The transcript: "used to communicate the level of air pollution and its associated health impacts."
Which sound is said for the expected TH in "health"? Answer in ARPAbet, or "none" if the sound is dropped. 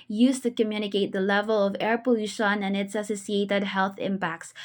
TH